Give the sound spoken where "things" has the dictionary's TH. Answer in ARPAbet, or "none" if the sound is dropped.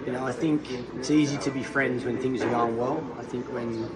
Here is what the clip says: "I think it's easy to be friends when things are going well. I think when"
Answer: TH